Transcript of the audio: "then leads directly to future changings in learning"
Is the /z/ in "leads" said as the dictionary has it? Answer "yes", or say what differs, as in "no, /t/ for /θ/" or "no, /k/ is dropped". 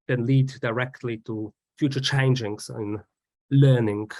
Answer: no, /z/ is dropped